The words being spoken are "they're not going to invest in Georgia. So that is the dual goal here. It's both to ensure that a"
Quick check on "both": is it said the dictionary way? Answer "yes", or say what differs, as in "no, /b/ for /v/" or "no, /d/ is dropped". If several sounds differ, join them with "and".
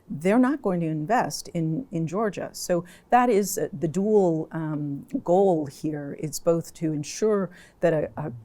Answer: yes